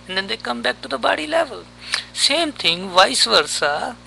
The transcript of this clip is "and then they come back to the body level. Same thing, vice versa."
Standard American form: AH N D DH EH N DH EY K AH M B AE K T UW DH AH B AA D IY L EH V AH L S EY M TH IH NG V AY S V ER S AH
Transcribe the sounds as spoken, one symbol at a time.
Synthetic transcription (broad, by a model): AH N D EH N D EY K AH M B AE K T UW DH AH B AA D IY L EH V AH L S EY M T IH NG V AY S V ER S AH